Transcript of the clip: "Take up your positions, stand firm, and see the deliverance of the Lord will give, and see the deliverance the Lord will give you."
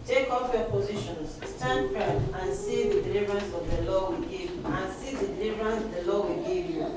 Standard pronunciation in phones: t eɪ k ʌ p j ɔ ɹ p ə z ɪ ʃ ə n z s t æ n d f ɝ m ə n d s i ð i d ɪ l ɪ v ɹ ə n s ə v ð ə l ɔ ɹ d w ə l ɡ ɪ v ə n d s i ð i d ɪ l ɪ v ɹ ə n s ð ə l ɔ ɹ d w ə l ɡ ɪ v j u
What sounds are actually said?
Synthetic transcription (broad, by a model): t eɪ k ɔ f j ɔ p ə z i ʃ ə n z s t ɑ n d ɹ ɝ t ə n s i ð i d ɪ l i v ɹ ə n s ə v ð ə l ɔ w ə l ɡ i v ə n s i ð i d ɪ l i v ɹ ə n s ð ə l ɔ w ə l ɡ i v j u